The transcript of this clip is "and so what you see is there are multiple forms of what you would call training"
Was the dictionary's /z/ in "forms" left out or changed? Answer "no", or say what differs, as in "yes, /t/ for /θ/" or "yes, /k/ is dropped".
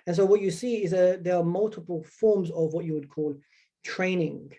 no